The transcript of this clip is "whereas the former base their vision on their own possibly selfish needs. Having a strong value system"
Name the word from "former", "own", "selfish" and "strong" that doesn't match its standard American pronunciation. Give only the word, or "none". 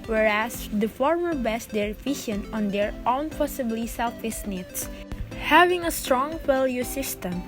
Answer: selfish